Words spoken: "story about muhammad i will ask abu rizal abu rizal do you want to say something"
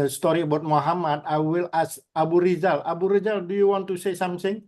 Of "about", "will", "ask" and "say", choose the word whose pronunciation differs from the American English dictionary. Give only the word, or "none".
ask